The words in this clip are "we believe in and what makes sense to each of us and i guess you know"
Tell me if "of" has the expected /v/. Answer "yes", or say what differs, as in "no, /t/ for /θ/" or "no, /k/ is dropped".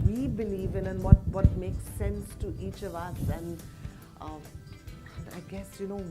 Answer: yes